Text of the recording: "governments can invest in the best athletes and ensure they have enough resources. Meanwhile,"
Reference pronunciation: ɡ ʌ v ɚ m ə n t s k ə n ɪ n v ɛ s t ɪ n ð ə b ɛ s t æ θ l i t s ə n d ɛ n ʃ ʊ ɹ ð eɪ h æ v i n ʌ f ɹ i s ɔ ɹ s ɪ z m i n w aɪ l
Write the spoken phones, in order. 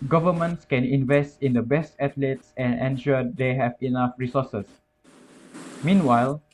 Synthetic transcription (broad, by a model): ɡ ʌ v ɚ m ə n t s k ə n ɪ n v ɛ s t ɪ n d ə b ɛ s t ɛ t l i t s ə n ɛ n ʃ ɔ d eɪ h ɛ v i n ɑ f ɹ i s ɔ s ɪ s m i n w aɪ l